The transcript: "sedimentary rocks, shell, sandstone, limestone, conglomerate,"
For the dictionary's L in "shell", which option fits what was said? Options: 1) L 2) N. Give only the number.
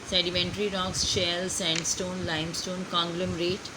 1